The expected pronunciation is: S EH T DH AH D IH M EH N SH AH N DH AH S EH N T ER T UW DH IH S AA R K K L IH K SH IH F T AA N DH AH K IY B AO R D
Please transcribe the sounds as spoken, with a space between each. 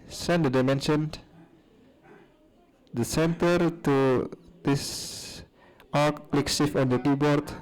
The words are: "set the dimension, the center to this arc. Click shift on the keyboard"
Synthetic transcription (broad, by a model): S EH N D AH D IH M EH N SH AH N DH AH S EH N T ER T UW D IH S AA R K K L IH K S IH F AA N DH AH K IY B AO R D